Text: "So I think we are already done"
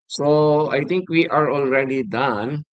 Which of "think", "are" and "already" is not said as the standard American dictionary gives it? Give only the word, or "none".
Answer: think